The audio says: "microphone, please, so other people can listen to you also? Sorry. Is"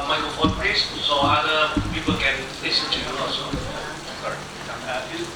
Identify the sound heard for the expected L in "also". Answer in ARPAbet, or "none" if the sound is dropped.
none